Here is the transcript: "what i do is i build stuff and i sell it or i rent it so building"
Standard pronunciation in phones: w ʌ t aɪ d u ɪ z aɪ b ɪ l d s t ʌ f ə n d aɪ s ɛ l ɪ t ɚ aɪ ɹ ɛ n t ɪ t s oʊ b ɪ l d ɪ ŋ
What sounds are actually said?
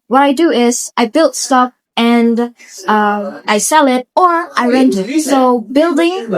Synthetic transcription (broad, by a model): w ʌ t aɪ d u ɪ z aɪ b ɪ l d s t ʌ p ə n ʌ aɪ s ɛ l ɪ t ɚ aɪ ɹ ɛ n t ɪ t s oʊ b ɪ l d ɪ ŋ